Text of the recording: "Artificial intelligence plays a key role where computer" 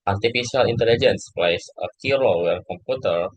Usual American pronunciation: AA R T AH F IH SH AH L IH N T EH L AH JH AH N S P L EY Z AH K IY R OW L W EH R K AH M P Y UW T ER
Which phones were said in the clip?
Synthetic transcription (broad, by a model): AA R T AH F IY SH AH L IH N T EH L AH JH AH N S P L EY S AH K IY R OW W EH R K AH M P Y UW T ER